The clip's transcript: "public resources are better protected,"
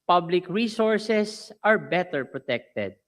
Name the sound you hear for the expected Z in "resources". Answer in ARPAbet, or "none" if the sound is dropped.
S